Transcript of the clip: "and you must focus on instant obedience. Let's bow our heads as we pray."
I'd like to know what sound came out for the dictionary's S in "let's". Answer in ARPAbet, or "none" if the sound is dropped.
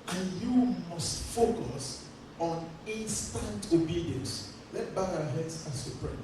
none